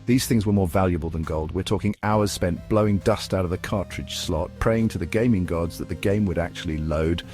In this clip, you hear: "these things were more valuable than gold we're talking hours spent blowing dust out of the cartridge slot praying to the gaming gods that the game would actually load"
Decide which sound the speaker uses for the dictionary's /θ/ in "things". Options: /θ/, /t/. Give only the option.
/θ/